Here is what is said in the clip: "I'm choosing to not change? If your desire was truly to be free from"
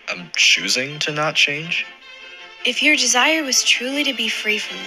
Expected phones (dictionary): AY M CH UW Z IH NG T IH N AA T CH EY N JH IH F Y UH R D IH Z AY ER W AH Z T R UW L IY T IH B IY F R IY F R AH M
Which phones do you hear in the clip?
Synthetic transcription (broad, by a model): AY M CH UW Z IH NG T IH N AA T CH EY N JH IH F Y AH R D IH Z AY ER W AH Z T R UW L IY T IH B IY F R IY F R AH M